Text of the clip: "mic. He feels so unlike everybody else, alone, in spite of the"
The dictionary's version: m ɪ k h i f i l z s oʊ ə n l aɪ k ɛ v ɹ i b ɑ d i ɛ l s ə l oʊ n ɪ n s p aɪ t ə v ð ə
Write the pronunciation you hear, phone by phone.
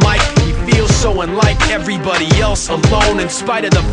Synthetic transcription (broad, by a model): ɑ ɪ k h i f i l z s oʊ ə n l aɪ k ɛ v ɹ i b ɑ d i ɛ l s ə l oʊ n ɪ n s p aɪ t ə v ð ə